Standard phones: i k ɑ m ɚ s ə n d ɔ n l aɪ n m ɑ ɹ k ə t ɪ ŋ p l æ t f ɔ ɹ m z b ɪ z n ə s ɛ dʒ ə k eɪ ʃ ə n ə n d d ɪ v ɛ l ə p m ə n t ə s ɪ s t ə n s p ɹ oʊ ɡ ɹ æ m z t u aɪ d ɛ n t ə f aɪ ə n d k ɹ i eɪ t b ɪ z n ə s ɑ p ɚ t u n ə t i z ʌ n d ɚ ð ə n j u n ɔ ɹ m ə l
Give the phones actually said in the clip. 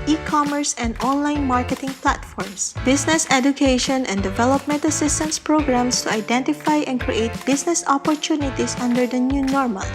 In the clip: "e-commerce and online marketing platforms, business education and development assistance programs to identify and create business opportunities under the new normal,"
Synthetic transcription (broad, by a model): i k ɑ m ɚ s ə n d ɔ n l aɪ n m ɑ ɹ k ə t ɪ ŋ p l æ t f ɔ ɹ m s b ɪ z n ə s ɛ dʒ ə k eɪ ʃ ə n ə n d d ɪ v ɛ l ə p m ə n t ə s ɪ s t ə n s p ɹ oʊ ɡ ɹ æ m s t u aɪ d ɛ n t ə f aɪ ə n k ɹ i eɪ t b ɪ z n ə s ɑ p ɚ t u n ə t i s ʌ n d ɚ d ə n j u n ɔ ɹ m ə l